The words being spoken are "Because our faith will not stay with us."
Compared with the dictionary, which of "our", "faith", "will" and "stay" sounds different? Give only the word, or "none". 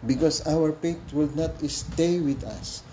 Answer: faith